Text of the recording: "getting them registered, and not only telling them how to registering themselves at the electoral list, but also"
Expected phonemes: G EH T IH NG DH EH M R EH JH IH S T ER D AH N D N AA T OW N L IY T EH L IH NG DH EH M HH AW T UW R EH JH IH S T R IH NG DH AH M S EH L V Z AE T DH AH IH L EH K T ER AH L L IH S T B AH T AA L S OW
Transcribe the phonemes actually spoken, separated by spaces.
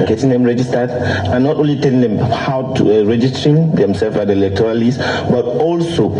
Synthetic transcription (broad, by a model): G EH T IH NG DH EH M R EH JH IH S T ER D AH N N AA T OW N L IY T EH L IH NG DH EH M HH AW T UW R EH JH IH S T R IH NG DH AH M S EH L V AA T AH L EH K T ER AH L L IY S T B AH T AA L S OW